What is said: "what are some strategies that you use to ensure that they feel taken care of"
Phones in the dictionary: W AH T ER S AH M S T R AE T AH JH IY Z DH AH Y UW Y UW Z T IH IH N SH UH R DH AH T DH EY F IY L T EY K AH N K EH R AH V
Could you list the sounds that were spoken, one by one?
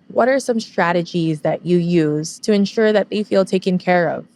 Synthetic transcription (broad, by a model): W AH T ER S AH M S T R AE T AH JH IY Z DH AH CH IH Y UW Z T IH IH N SH UH R DH AH T DH EY F IY L T EY K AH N K EH R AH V